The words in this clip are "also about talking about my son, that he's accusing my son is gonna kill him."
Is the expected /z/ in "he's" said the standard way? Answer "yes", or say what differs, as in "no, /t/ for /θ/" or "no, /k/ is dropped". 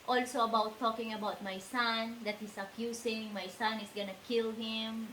no, /s/ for /z/